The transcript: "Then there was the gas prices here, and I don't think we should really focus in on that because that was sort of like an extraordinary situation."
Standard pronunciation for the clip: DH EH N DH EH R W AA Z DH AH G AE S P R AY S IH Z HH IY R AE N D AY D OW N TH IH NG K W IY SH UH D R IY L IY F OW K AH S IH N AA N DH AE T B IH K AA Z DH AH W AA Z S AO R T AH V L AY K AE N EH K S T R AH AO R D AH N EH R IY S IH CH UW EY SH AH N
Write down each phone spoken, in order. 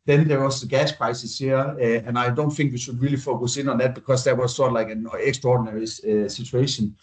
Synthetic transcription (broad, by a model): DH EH N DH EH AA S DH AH G AE S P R AY S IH S HH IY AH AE N AY D OW N TH IH NG K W IY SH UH D R IY L IY F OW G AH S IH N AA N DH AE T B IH K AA S DH AH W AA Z S AO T L AY K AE N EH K S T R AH AO D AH N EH R IY S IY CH UW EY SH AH N